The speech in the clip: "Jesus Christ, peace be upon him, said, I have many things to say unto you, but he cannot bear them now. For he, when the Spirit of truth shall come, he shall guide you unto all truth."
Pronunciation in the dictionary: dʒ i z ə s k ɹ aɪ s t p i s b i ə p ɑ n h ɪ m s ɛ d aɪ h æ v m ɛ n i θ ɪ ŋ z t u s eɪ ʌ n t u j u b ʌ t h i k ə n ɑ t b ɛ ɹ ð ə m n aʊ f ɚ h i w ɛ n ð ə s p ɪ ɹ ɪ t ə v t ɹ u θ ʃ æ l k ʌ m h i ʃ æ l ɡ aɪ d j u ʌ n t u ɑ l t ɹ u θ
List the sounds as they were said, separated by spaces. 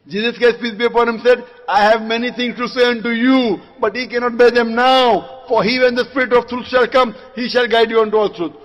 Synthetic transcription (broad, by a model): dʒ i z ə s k aɪ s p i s b i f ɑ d h ɪ m s ɛ d aɪ h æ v m ɛ n i t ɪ ŋ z t u s eɪ ʌ n t u j u b ʌ t h i k ə n ɑ t b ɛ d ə m n aʊ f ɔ h i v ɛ n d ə s p ɪ ɹ ɪ t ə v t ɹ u t ʃ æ l k ʌ m h i ʃ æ l ɡ aɪ d j u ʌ n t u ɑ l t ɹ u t